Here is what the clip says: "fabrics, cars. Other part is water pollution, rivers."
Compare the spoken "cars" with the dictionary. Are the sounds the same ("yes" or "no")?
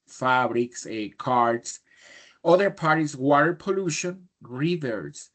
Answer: no